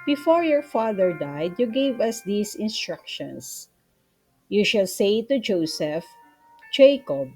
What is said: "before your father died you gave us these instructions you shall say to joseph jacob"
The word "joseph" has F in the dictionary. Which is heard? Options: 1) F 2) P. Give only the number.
1